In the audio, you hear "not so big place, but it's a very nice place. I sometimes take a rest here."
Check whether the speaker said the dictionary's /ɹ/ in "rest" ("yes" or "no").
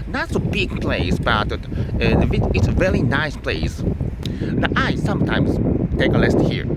no